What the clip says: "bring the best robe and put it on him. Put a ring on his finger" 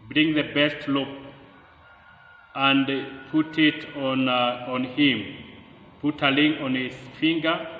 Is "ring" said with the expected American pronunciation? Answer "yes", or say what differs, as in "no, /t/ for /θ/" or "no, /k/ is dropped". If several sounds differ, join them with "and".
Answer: no, /l/ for /ɹ/